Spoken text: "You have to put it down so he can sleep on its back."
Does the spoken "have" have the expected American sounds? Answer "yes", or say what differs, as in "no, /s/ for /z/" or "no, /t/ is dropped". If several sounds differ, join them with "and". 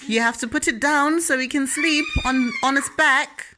no, /f/ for /v/